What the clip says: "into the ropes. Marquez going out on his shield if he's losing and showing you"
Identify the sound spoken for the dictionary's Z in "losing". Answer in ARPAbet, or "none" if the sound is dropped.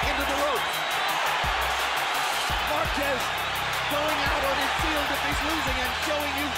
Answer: Z